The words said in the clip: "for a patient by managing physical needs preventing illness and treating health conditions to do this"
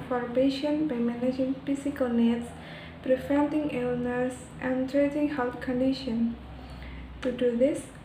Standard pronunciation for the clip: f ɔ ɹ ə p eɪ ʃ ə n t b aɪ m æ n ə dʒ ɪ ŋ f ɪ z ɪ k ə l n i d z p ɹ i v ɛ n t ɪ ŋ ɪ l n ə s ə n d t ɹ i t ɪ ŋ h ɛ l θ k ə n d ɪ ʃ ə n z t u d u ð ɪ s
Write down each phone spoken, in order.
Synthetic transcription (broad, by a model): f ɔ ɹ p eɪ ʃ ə n b aɪ m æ n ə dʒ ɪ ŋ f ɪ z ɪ k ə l n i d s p ɹ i f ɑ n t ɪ ŋ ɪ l n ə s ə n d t ɹ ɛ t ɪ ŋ h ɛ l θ k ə n d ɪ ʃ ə n t u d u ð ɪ s